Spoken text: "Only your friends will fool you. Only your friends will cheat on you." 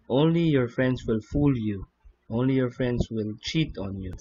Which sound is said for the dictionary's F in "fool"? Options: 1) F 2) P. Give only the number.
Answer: 1